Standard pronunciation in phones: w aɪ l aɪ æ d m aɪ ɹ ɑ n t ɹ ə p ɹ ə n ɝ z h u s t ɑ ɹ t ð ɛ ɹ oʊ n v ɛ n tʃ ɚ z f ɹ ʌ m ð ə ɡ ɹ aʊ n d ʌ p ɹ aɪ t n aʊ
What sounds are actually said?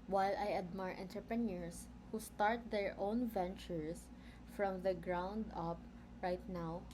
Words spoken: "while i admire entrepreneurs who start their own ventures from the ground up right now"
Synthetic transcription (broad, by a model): w aɪ l aɪ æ d m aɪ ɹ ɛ n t ə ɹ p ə n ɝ s h u s t ɑ ɹ t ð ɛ ɹ oʊ n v ɛ n tʃ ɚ s f ɹ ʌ m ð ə ɡ ɹ aʊ n d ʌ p ɹ aɪ t n aʊ